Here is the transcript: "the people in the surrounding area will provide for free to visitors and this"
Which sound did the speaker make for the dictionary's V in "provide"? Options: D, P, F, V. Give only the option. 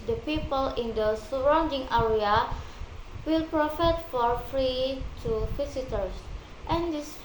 F